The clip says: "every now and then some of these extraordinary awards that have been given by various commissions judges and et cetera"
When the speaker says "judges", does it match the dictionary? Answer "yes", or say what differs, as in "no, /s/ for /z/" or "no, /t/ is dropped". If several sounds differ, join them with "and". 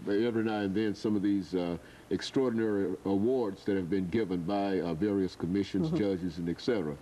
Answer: yes